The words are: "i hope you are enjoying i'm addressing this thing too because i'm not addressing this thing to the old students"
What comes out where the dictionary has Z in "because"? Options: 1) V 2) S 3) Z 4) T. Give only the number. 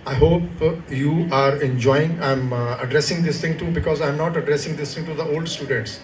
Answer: 3